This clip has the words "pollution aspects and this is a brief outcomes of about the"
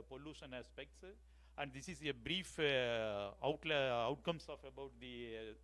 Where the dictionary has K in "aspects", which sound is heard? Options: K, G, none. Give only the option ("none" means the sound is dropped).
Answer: K